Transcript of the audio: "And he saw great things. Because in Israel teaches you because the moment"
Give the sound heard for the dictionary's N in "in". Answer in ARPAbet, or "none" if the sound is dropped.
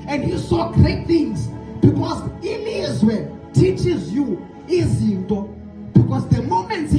L